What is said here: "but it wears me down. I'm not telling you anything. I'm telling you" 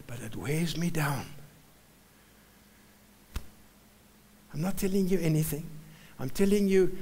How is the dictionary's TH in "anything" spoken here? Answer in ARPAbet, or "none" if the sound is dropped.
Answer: TH